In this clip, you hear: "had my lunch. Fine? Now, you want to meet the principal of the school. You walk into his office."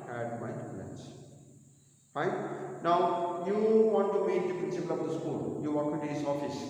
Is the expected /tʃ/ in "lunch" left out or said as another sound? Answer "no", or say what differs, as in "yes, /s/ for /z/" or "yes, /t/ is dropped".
yes, /s/ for /tʃ/